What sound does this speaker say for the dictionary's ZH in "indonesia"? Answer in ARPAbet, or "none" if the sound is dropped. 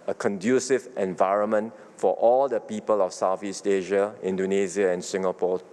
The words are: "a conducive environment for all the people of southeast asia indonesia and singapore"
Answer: Z